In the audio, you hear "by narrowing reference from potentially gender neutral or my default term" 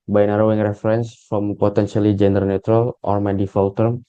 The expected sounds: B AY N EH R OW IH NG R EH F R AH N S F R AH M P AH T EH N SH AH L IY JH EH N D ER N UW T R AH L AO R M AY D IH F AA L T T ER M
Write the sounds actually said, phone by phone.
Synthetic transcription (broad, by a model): B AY N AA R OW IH NG R EH F R AH N S F R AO M P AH T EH N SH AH L IY JH EH N D ER N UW T R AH L AO R M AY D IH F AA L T T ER M